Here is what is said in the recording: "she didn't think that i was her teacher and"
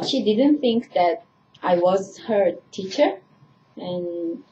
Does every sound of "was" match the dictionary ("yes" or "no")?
yes